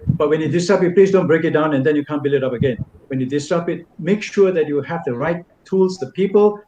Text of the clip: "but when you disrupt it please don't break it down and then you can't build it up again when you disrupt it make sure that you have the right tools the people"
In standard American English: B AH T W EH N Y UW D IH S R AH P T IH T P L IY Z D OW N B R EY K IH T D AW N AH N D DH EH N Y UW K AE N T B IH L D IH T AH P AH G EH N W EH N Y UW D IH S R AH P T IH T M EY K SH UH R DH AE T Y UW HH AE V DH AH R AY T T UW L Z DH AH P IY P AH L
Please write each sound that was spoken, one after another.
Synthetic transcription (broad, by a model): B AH T W EH N Y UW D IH S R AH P IH T P L IY Z D OW N B R EY K IH T D AW N AH N D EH N Y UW K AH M B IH L IH T AH P AH G EH N W EH N Y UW D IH S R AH P IH T M EY K SH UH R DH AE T Y UW HH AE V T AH R AY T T UW L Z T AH P IY P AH L